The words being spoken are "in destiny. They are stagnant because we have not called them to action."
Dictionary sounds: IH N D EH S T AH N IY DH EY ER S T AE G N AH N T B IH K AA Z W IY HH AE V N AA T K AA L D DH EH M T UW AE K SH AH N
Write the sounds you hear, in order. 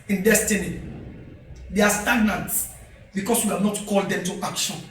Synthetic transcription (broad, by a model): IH N D EH S T AH N IY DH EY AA S T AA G N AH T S B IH K AA S W IY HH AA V N AA T K AA L D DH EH M T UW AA K SH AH N